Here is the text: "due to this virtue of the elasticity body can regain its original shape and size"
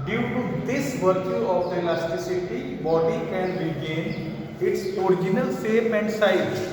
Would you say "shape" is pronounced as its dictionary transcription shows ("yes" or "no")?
no